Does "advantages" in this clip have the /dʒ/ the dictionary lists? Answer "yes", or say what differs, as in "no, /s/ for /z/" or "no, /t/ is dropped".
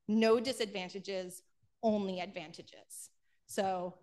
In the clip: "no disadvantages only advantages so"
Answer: yes